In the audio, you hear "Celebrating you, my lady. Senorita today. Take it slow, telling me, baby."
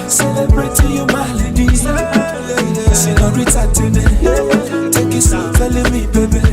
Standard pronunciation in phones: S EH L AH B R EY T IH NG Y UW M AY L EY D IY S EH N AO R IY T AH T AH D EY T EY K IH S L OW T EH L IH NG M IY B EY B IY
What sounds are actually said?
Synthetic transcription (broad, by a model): S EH L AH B R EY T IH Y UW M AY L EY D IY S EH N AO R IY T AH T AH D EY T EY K IH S OW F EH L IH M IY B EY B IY